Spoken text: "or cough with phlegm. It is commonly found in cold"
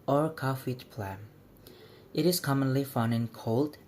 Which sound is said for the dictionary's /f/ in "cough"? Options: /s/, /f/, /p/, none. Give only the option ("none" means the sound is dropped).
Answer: /f/